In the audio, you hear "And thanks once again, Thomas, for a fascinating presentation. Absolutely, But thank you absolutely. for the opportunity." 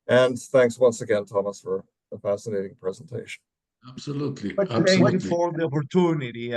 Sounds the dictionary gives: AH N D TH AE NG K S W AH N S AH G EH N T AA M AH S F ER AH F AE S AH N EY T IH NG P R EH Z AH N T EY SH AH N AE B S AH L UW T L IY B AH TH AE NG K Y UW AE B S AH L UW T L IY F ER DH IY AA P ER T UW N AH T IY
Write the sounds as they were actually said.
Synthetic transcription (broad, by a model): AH N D TH AE NG K S W AH N S AH G EH N T AA M AH S F ER AH F AE S AH N EY T IH NG P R EH Z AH N T EY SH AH N AE B S AH L UW T L IY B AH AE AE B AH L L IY F ER DH IY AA P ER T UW N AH T IY